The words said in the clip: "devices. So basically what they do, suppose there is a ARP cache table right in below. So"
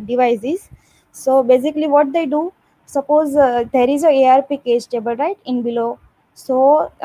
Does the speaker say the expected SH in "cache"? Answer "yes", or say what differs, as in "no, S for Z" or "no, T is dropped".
no, S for SH